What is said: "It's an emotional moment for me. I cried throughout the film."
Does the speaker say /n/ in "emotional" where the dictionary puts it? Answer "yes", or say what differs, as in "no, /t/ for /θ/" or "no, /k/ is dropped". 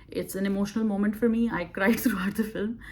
yes